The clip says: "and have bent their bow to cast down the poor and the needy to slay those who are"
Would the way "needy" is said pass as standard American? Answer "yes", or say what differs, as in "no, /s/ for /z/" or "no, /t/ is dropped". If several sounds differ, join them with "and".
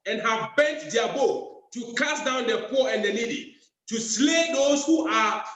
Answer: no, /l/ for /n/